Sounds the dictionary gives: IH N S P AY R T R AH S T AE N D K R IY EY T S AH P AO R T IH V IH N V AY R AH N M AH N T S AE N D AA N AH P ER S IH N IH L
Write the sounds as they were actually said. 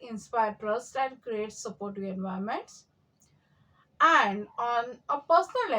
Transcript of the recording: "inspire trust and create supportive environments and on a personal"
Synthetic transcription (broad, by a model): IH N S P AY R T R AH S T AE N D K R IY EY T S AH P AO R T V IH N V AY AH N M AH N T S AE N D AA N AH P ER S N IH L